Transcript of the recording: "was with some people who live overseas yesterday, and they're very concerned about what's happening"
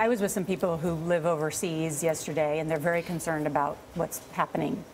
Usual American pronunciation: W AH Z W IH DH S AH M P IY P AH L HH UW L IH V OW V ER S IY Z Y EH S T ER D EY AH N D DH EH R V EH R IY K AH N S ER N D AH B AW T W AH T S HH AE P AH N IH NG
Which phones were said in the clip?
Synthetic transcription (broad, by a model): W AH Z W IH DH S AH M P IY P L HH UW L IH V OW V ER S IY Z Y EH S T ER D EY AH N DH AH R V EH R IY K AH N S ER N D AH B AW T W AH T S HH AE P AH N IH NG